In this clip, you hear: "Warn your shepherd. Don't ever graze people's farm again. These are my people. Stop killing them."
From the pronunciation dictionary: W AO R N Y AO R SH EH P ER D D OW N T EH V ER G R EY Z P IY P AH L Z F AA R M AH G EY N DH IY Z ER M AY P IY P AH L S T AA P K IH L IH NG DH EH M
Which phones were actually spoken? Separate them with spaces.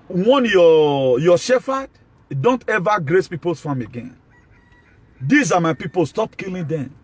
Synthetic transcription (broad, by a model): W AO N Y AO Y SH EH F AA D D OW N T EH V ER G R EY S P IY P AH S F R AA M AH G EY N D IY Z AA M AY P IY P AH L S T AA P K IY L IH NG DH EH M